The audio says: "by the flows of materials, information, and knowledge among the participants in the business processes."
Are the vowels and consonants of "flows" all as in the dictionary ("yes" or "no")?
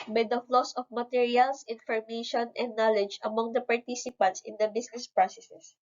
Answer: no